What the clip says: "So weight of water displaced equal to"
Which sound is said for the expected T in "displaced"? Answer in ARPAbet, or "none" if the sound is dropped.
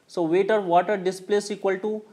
none